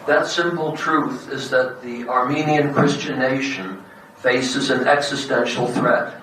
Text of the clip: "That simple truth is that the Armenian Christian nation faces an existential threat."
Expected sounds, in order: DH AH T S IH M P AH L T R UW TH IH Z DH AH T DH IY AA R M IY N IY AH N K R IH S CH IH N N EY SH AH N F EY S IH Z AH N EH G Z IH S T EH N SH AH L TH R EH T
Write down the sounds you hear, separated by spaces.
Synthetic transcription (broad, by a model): DH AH T S IH M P L T R UW TH IH Z DH AH T DH IY AA R M IY N IY AH N K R IH S CH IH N N EY SH AH N F EY S IH Z AH N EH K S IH S T EH N SH L TH R EH T